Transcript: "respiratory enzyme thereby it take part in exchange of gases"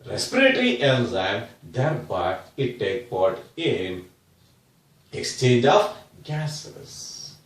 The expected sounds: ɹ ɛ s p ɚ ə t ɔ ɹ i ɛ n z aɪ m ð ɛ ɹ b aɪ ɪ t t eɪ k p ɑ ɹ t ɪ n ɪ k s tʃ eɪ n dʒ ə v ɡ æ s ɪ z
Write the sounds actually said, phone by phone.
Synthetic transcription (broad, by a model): ɹ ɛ s p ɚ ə t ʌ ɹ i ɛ l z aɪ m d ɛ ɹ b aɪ ɪ t t eɪ k p ɑ ɹ t ɪ n ɪ k s tʃ eɪ n dʒ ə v ɡ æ s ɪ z